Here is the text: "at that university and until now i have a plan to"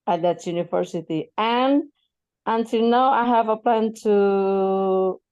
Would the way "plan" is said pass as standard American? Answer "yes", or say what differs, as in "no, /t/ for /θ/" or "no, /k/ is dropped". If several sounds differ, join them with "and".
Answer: yes